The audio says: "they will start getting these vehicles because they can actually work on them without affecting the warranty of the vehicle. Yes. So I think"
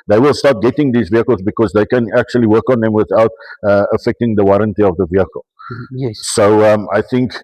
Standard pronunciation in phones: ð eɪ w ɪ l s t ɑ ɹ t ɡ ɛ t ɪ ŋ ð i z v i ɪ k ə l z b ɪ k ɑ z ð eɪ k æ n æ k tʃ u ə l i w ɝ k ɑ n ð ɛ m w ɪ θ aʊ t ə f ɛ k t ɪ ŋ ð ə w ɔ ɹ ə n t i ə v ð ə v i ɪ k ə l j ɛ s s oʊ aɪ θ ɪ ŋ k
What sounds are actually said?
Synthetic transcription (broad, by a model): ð eɪ w ɪ l s t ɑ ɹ t ɡ ɛ t ɪ ŋ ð i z v i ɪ k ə l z b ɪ k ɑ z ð eɪ k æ n æ k tʃ u ə l i w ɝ k ɑ n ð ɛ m w ɪ θ aʊ t ə f ɛ k t ɪ ŋ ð ə w ɔ ɹ ə n t i ə v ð ə v i ɪ k ə l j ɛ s s oʊ aɪ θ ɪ ŋ k